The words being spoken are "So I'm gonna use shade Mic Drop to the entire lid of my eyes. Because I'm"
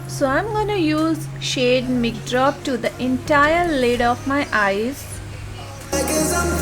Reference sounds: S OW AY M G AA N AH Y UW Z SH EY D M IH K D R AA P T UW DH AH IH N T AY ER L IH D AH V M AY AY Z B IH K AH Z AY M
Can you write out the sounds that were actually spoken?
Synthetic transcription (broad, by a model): S OW AY M G AA N AH Y UW Z SH EY D M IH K D R AA P T UW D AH IH N T AY ER L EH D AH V M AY AY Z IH AH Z